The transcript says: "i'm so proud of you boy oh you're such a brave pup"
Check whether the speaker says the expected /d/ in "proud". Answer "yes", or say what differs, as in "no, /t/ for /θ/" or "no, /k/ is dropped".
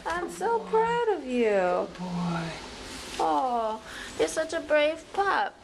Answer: yes